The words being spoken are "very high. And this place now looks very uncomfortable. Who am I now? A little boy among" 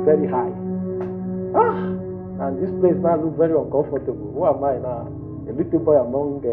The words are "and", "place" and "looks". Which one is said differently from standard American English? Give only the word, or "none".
looks